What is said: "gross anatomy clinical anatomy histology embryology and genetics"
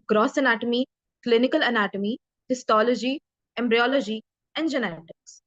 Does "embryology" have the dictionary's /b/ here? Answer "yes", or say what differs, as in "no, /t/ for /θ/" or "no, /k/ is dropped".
yes